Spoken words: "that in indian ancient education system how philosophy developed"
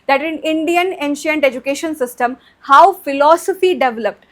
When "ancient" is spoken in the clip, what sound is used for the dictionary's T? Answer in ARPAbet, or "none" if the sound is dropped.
T